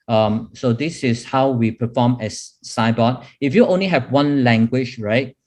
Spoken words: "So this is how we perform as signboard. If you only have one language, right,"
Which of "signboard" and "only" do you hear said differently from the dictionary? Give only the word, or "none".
signboard